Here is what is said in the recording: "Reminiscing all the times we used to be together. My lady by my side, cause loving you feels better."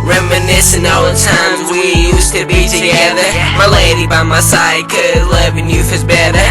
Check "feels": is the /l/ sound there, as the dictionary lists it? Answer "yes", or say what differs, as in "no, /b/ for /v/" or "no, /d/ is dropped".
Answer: no, /l/ is dropped